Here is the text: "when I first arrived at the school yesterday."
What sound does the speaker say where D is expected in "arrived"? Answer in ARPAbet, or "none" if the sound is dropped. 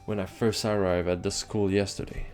none